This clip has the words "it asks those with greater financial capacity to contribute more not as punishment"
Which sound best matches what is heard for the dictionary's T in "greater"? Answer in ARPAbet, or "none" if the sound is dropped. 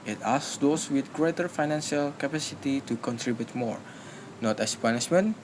T